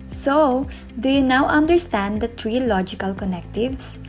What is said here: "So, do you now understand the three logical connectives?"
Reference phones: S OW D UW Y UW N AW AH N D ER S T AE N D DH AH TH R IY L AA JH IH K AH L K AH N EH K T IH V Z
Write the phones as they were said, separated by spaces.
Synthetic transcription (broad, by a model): S OW D UW Y UW N AW AH N D ER S T AE N D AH T R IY L AA JH IH K AH L K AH N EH K T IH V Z